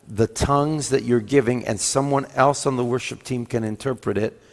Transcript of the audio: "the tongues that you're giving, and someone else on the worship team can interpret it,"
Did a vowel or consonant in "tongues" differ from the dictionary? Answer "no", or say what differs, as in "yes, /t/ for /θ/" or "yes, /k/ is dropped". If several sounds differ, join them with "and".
no